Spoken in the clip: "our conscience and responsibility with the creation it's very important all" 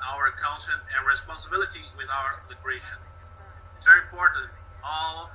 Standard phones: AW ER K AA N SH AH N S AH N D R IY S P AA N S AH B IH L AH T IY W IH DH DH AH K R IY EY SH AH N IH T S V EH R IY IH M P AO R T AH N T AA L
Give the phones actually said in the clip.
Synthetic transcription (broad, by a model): AW ER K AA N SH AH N AH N R IY S P AA N S AH B IH L AH T IY W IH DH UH AH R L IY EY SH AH N IH T S V EH R IY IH M P AO R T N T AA L